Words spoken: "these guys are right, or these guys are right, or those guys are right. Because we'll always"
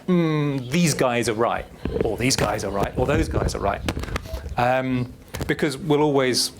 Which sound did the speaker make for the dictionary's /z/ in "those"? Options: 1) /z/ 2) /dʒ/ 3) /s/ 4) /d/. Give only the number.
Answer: 1